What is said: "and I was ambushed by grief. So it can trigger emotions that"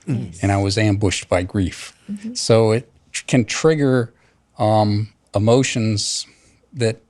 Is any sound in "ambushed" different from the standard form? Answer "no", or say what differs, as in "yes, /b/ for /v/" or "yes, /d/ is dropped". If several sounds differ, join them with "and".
no